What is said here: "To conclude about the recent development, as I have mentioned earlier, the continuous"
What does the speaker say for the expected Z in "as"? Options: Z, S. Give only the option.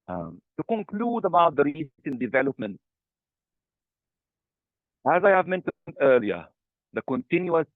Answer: Z